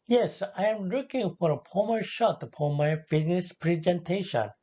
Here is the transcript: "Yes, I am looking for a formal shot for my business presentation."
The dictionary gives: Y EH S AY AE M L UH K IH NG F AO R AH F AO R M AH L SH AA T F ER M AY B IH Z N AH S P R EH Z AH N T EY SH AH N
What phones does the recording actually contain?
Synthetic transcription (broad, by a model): Y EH S AY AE M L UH K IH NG F AO R AH P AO M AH SH AA T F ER M AY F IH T N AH S P R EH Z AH N T EY SH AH N